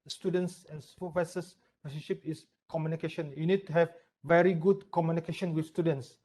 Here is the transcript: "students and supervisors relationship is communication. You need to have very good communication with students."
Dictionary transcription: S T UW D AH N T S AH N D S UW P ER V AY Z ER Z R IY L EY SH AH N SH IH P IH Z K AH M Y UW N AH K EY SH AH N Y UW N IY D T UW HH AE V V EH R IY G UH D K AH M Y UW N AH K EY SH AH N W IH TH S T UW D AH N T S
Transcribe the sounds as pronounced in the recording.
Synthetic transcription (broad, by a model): S T UW D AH N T S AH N S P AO F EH S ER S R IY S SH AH SH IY P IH S K AH M Y UW N AH K EY SH AH N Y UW N IY D T UW HH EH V V EH R IY G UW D K AH M Y UW N AH K EY SH AH N W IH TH S T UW D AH N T S